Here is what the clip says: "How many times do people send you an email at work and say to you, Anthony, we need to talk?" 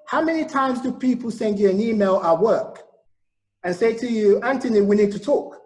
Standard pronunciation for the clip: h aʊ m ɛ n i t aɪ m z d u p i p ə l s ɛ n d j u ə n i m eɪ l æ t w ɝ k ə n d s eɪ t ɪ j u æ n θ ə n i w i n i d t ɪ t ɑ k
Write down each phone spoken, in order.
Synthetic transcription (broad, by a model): h aʊ m ɛ n i t aɪ m z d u p i p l s ɛ n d j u ə n i m eɪ l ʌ w ɝ k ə n s eɪ t ɪ j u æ n t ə n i w i n i d t ɪ t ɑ k